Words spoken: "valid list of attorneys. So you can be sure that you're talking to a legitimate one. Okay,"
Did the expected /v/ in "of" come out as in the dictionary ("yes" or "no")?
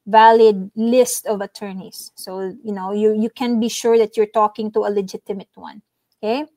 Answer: yes